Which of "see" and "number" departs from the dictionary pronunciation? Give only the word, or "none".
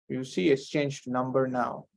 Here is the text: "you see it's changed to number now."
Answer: none